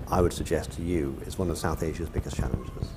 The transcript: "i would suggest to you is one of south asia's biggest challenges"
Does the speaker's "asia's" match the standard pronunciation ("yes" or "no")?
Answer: yes